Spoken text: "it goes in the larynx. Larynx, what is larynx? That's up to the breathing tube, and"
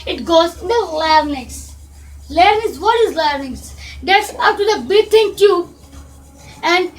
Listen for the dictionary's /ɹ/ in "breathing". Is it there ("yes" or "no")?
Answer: no